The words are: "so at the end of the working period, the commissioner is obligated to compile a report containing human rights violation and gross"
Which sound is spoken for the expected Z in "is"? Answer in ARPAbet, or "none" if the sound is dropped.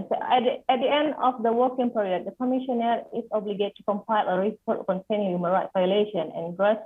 S